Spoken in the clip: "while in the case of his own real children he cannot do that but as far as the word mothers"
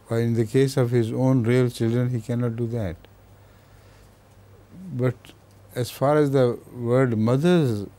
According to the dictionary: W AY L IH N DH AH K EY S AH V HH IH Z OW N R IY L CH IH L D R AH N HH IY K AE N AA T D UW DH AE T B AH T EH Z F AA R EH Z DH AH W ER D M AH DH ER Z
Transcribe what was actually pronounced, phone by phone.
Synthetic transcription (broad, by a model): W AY IH N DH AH K EY S AH V HH IH Z OW N R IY L CH IH L D R AH N HH IY K AE N AA T D UW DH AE T B AH T EH Z F AA R EH Z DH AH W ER D M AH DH ER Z